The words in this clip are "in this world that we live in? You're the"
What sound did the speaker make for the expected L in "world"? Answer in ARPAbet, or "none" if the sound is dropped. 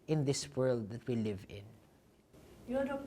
L